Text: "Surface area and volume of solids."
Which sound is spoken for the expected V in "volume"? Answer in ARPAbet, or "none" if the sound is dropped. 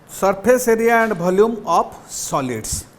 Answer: B